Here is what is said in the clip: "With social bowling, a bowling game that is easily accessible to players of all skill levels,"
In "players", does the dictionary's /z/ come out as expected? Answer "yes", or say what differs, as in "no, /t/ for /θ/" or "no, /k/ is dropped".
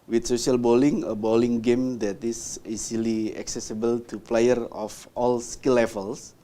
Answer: no, /z/ is dropped